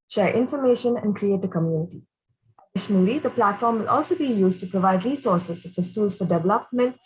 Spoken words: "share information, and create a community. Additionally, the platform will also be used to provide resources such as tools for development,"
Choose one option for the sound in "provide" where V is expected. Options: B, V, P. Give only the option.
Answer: V